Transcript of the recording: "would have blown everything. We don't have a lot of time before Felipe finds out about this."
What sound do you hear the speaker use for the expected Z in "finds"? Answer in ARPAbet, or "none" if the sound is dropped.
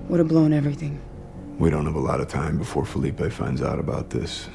Z